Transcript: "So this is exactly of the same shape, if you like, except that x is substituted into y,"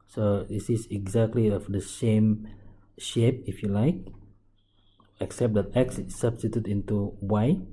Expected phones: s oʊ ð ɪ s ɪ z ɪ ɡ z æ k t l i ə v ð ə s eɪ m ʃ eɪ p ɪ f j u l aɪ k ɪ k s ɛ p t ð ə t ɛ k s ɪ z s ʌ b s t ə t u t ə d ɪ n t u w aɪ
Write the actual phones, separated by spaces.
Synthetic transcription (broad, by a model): s oʊ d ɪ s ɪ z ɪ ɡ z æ k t l i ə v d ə s eɪ m ʃ eɪ p ɪ f j u l aɪ k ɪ k s ɛ p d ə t ɛ k s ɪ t s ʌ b s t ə t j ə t ɪ n t u w aɪ